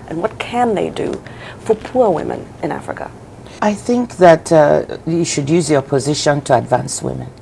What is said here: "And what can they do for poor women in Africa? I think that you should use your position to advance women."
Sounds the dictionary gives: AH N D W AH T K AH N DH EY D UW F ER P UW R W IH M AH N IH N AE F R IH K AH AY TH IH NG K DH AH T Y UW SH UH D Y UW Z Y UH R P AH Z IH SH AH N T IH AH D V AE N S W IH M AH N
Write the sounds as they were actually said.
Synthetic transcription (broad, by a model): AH N W AH T K AH N DH EY D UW F ER P UW R W IH M AH N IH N AE F R IH K AH AY TH IH NG K DH AH T Y UW SH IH D Y UW Z Y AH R P AH Z IH SH AH N T IH AH D V AE N S W IH M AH N